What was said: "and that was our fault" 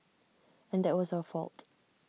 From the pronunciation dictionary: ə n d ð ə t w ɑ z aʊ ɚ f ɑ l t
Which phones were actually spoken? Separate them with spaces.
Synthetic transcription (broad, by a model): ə n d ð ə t w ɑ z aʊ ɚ f ɑ l t